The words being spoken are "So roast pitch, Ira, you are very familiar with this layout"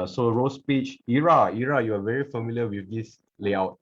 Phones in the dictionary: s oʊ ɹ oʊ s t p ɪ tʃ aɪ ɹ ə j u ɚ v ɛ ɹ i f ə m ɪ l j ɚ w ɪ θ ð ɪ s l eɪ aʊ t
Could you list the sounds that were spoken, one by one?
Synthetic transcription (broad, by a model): s oʊ ɹ oʊ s p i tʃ aɪ ɹ ə j u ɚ v ɛ ɹ i f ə m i l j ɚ w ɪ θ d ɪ s l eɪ aʊ t